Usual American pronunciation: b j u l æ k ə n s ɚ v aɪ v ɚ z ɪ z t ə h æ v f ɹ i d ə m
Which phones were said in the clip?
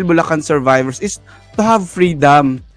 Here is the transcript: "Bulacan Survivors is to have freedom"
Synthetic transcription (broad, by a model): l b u l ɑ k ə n s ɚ v aɪ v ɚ s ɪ s t ə h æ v f ɹ i d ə m